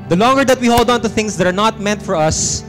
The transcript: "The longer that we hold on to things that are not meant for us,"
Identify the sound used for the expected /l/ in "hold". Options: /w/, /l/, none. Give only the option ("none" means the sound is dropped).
/l/